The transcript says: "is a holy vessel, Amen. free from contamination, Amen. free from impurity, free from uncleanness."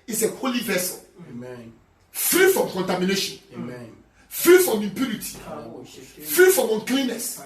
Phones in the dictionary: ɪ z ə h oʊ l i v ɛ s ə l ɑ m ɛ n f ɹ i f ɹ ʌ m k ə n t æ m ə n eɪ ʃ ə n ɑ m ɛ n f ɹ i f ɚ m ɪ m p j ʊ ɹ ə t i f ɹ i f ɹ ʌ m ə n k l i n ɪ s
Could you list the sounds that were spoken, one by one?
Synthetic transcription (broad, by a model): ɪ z ə h oʊ l i v ɛ s ə l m f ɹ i f ɹ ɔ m k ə n t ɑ m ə n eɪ ʃ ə n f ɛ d f ɹ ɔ m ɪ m p j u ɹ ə t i f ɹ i f ɹ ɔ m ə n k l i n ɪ s